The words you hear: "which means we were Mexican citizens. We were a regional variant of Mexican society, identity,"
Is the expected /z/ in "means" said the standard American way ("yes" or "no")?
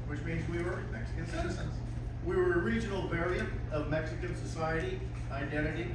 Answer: yes